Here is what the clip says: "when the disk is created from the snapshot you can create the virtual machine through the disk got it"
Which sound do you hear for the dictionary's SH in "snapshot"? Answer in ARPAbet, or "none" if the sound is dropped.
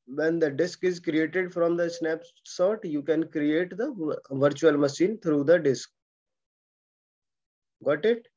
S